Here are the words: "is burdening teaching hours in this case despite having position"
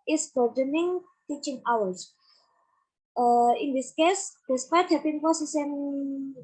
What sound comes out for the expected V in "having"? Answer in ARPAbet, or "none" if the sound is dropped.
P